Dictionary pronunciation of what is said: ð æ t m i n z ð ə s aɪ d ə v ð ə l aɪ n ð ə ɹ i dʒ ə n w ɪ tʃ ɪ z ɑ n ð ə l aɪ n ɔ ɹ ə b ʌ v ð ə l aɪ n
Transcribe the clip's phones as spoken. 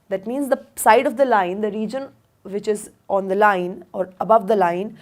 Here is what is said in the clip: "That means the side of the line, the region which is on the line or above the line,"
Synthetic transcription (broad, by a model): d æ t m i n z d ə s aɪ d ə v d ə l aɪ n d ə ɹ i dʒ ə n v ɪ tʃ ɪ z ɑ n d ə l aɪ n ɔ ɹ ə b ʌ v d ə l aɪ n